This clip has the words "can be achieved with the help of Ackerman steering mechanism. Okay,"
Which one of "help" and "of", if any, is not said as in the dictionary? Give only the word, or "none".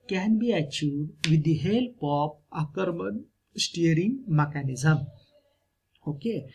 of